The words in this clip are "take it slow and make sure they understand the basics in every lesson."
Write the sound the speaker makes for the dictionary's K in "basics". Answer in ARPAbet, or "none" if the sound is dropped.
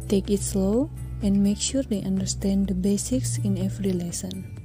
K